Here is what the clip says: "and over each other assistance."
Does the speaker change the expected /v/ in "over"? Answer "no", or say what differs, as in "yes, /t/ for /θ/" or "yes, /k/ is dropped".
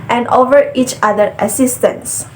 no